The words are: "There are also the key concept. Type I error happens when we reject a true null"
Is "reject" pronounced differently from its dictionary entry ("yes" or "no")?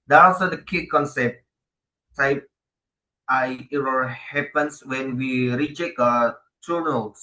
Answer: yes